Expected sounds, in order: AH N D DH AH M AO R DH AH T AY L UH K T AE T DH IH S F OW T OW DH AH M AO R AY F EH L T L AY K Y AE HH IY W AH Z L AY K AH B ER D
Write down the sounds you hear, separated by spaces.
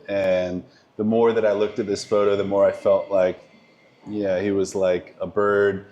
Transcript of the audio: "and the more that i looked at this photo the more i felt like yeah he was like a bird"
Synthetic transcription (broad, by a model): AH N DH AH M AO R DH AH T AY L UH K T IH T DH IH S F OW T OW DH AH M AO R AY F EH L T L AY K Y AE HH IY W AH Z L AY K AH B ER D